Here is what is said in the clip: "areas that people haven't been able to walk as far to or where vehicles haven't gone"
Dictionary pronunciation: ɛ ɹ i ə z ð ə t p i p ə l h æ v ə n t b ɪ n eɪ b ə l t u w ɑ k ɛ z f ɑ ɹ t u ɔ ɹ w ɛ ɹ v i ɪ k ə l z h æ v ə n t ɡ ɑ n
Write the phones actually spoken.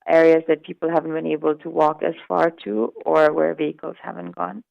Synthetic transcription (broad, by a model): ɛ ɹ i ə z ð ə t p i p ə l h æ v ə n t b ɪ n eɪ b ə l t u w ɑ k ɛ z f ɑ ɹ t u ɔ ɹ w ɛ ɹ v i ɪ k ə l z h æ v ə n t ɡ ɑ n